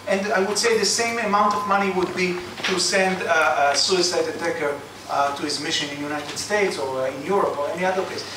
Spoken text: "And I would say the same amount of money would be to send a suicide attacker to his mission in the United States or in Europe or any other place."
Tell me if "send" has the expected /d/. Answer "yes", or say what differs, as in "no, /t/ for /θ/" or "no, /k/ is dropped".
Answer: yes